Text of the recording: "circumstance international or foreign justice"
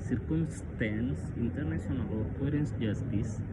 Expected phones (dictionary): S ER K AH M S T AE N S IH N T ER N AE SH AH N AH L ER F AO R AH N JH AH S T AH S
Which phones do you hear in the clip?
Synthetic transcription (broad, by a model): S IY K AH M S T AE N S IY N T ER N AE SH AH N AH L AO P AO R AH N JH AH S T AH S